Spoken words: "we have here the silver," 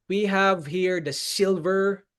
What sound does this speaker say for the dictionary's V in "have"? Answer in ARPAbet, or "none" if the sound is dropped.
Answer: V